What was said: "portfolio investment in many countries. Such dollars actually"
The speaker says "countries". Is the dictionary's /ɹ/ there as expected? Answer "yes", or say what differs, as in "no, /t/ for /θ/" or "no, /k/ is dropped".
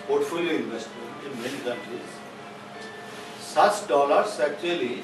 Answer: no, /ɹ/ is dropped